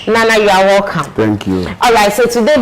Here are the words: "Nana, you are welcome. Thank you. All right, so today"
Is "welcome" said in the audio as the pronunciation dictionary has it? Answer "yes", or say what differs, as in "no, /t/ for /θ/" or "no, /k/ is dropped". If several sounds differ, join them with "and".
no, /l/ is dropped